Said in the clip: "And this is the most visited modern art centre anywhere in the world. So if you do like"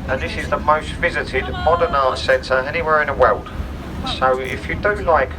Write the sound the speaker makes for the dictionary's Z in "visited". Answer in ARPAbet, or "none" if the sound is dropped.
Z